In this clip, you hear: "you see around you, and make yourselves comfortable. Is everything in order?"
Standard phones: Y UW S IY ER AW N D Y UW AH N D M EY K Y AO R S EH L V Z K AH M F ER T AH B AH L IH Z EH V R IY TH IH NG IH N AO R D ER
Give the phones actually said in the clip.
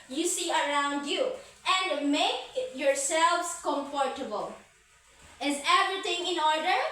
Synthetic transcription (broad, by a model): Y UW S IY ER AW N D Y UW AH N D M EY K Y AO R S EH L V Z K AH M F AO T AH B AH L IH Z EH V R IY T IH NG IH N AO R D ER